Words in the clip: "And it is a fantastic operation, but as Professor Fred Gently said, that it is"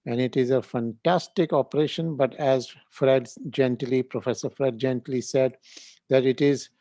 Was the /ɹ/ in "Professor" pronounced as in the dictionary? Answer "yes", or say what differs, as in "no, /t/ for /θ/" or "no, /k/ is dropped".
yes